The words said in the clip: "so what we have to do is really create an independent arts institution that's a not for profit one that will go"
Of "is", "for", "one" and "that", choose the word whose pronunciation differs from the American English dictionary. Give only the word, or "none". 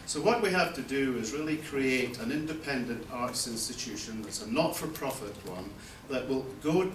none